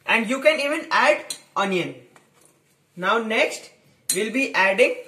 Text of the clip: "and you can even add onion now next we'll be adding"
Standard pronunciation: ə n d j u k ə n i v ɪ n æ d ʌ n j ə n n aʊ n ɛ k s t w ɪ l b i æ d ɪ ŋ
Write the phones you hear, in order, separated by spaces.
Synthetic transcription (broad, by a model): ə n d j u k ə n i v ɪ n æ d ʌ n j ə n n aʊ n ɛ k s t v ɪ l b i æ d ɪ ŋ